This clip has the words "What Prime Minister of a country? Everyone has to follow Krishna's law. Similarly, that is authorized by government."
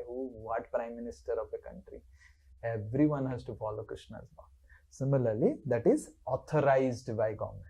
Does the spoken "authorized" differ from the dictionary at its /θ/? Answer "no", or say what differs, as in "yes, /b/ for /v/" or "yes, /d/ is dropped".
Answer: yes, /t/ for /θ/